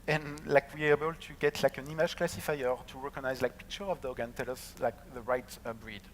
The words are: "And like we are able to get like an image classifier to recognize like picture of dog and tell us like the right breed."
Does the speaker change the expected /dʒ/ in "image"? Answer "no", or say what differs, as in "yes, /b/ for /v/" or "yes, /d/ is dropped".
yes, /ʒ/ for /dʒ/